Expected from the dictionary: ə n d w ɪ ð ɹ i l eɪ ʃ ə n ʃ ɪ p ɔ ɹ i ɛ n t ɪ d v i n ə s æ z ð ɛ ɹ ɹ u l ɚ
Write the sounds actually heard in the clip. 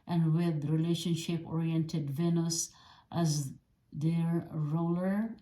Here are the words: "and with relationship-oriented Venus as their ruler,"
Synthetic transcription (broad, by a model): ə n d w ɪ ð ɹ i l eɪ ʃ ə n ʃ ɪ p ɔ ɹ i ɛ n t ɪ d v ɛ n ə s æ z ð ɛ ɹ ɹ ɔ l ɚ